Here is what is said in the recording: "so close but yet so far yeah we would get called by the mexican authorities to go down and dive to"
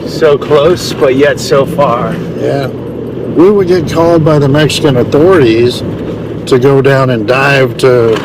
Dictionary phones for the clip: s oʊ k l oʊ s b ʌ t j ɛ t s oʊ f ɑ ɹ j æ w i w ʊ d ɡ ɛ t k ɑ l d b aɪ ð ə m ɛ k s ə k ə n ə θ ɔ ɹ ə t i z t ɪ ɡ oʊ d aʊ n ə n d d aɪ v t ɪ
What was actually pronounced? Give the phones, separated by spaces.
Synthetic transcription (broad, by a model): s oʊ k l oʊ s b ʌ t j ɛ t s oʊ f ɑ ɹ j æ w i w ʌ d ɡ ɛ t k ɑ l d b aɪ ð ə m ɛ k s ə k ə n ə θ ɔ ɹ ə t i z t ɪ ɡ oʊ d aʊ n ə n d d aɪ v t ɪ